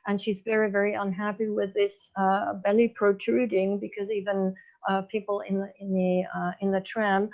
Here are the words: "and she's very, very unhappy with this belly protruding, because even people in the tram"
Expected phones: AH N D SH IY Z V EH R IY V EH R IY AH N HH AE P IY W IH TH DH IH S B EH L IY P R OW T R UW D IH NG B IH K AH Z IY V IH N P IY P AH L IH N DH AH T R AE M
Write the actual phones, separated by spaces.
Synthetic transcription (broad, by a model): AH N SH IY Z V EH R IY V EH R IY AH N HH AE P IY W IH DH IH S B EH L IY P R OW T R UW D IH NG B IH K AH Z IY V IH N P IY P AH N IH N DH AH T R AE M